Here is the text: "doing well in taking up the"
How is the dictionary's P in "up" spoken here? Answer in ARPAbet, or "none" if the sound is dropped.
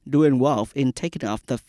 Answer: F